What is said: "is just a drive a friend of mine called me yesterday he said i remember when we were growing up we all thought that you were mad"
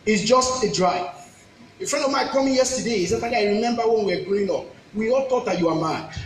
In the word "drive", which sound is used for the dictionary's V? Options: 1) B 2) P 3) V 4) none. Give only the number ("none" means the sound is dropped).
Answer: 4